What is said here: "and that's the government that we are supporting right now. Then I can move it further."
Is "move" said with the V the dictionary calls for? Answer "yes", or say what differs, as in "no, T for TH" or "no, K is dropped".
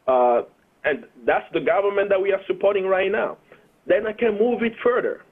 yes